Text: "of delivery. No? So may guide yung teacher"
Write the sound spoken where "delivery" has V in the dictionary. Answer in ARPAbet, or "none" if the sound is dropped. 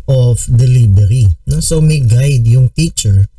B